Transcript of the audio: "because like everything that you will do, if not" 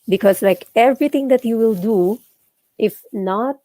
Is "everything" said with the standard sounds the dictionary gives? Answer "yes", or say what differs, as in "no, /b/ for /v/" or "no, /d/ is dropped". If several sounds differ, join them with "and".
no, /t/ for /θ/